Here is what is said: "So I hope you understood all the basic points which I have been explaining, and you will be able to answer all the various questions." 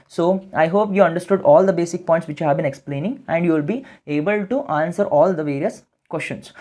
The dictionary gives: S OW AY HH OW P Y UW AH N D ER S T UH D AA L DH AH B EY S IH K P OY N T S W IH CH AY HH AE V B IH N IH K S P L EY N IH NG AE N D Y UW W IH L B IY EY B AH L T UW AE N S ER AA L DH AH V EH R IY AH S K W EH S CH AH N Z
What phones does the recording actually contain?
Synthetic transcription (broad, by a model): S OW AY HH OW P Y UW AH N D ER S T UH D AA L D AH B EY S IH K P OY T S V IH CH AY HH AE V B IH N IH K S P L EY N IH NG AE N D Y UW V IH L B IY EY B AH L T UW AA N S ER AA L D AH V EH R IY AH S K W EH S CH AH N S